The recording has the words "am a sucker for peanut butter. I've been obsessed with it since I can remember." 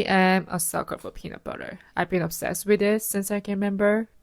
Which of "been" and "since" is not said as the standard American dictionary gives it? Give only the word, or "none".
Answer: none